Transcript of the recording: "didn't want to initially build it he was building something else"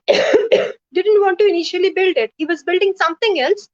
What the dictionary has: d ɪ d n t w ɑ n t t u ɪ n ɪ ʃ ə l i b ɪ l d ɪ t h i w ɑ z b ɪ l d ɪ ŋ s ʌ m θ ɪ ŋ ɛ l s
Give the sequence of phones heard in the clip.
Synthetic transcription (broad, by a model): d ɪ d n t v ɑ n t t u ɪ n ɪ ʃ ə l i b ɪ l d ɪ t h i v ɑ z b ɪ l d ɪ ŋ s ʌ m t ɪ ŋ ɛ l s